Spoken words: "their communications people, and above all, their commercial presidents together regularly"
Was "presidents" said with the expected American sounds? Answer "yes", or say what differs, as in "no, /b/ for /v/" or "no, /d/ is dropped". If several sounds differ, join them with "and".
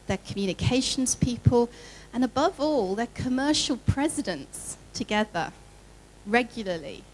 yes